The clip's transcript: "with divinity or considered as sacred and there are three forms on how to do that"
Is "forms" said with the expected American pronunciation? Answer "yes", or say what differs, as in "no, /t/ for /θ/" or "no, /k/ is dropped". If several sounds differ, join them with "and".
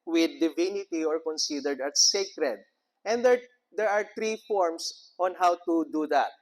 no, /s/ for /z/